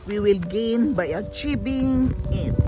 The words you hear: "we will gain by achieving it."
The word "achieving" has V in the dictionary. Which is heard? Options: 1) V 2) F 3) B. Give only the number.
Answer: 3